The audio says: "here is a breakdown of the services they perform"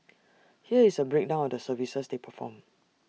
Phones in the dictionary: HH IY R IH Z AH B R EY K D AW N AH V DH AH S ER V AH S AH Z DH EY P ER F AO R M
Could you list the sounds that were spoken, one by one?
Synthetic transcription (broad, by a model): HH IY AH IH S AH B R EY K D AW N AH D AH S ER V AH S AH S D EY P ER F AO M